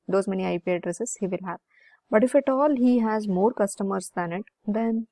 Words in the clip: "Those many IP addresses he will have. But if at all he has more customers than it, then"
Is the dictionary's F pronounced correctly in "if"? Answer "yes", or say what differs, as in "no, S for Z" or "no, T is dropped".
yes